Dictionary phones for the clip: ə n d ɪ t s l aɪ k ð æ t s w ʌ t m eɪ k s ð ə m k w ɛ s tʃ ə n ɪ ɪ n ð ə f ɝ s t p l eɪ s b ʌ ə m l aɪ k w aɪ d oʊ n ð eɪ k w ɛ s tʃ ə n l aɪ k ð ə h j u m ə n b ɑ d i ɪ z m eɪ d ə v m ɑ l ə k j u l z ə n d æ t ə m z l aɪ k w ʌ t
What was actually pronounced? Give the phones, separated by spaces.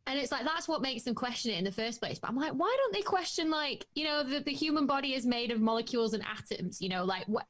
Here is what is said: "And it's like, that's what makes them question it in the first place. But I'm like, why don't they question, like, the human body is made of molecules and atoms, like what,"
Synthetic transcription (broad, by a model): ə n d ɪ t s l aɪ k ð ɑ t s w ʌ t m eɪ k s ð ə m k w ɛ s tʃ ə n ɪ ɪ n ð ə f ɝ s p l eɪ s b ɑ ə m l aɪ k w aɪ d oʊ n ð eɪ k w ɛ s tʃ ə n l aɪ k ð ə h j u m ə n b ɑ d i ɪ z m eɪ d ə v m ɑ l ə k j u l z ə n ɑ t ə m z l aɪ k w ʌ